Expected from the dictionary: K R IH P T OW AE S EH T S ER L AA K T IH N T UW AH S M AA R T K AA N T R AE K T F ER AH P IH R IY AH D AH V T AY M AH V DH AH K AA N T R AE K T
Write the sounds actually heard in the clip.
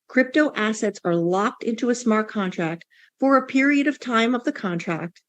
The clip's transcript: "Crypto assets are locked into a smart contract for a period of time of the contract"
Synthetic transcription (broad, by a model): K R IH P T OW AE S EH T S ER L AA K T IH N T UW AH S M AA R T K AA N T R AE K T F ER AH P IH R IY AH D AH V T AY M AH V DH AH K AA N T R AE K T